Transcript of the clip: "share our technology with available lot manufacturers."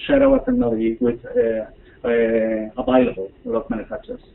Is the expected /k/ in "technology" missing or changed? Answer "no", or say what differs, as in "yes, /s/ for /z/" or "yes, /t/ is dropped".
yes, /k/ is dropped